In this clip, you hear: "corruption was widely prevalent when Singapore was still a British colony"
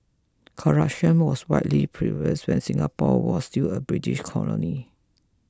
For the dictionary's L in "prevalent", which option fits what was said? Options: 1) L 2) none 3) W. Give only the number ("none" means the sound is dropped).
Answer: 2